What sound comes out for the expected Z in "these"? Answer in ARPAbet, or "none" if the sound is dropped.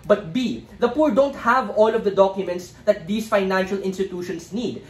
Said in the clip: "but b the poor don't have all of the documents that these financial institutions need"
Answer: S